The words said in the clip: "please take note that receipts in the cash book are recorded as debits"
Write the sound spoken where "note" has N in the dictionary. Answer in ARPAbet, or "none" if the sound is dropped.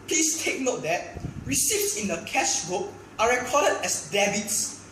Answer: N